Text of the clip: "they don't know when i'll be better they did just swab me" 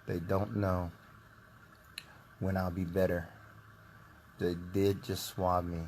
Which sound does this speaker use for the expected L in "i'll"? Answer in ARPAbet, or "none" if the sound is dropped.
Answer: L